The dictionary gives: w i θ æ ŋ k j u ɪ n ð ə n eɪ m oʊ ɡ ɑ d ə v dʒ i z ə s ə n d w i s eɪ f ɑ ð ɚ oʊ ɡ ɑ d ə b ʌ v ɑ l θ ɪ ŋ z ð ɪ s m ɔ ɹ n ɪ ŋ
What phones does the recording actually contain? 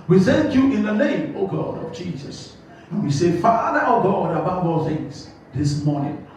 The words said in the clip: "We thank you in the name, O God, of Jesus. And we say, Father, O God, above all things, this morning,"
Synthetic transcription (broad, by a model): w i s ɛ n j u ɪ n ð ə n eɪ m oʊ ɡ ɑ d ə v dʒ i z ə s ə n w i s eɪ f ɑ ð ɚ oʊ ɡ ɑ d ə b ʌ b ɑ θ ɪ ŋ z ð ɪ s m ɔ n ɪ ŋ